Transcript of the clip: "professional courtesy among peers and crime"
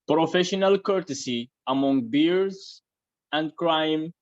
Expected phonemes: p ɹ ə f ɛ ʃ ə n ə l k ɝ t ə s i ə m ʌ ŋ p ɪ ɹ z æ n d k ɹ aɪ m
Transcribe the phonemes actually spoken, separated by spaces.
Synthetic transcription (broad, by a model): p ɹ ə f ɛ ʃ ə n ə l k ɝ t ə s i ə m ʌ ŋ b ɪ ɹ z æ n d k ɹ aɪ m